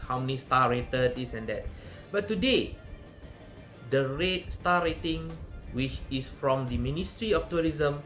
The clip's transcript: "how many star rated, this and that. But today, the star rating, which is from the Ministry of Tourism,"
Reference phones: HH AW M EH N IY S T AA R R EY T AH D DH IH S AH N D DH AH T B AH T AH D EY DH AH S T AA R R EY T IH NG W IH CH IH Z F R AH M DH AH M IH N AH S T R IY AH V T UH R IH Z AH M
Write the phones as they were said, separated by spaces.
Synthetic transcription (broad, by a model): HH AW M EH N IY S T AA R R EY T AH D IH S AH N D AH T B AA T AH D EY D AH S T AA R R EY T IH NG W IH CH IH S F R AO M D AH M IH N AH S T R IY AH F T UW R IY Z AH M